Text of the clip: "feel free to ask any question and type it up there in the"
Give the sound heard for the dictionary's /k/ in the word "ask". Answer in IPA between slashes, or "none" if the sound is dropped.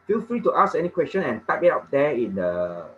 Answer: none